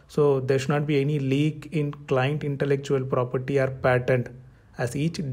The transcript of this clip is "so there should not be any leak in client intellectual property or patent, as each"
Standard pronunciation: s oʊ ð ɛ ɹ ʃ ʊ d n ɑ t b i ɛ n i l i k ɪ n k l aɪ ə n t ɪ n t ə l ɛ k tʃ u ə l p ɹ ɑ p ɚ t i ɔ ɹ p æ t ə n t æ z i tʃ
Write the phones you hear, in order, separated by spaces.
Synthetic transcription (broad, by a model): s oʊ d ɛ ɹ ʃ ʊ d n ɑ t b i ɛ n i l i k ɪ n k l aɪ ə n t ɪ n t ə l ɛ k tʃ u ə l p ɹ ɑ p ɚ t i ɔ ɹ p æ t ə n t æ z i tʃ